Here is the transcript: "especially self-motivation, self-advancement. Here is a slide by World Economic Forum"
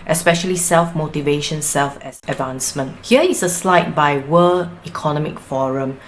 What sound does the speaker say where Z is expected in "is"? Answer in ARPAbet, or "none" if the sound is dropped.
S